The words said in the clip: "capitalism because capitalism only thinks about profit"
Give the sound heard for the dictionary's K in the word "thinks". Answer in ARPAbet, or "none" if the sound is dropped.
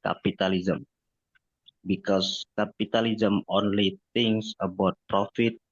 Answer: none